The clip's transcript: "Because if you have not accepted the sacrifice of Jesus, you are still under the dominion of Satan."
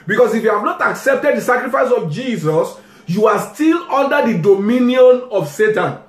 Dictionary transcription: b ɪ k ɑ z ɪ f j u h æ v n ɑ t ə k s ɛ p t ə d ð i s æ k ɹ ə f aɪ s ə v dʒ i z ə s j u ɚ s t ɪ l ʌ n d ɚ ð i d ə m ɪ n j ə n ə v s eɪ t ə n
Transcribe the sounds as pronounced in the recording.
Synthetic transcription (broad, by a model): b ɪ k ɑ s ɪ f j u h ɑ v n ɑ t ə k s ɛ p t ə d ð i s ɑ k ɹ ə f aɪ s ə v dʒ i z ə s j u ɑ s t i l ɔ n d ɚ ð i d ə m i n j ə n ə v s eɪ t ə n